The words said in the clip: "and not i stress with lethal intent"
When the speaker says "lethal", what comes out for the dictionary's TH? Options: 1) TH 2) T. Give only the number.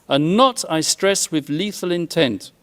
1